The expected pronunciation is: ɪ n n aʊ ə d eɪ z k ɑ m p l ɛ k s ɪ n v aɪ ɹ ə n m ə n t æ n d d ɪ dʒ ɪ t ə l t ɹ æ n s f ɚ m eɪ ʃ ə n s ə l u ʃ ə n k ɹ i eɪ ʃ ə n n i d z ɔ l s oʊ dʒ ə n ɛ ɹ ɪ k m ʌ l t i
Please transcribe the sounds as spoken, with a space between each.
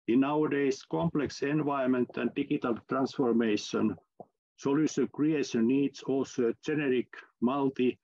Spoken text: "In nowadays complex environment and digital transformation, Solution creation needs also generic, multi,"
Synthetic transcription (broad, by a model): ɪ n n aʊ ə d eɪ s k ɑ m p l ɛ k s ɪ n v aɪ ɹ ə m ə n t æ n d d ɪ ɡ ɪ t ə l t ɹ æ n s f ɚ m eɪ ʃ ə n s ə l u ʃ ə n k ɹ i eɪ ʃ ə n n i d s ɔ l s oʊ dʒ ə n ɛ ɹ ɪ k m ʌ l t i